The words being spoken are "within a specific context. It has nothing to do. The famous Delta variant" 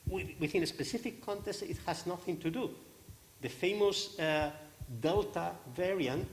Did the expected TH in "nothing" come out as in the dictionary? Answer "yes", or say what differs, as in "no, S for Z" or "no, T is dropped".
yes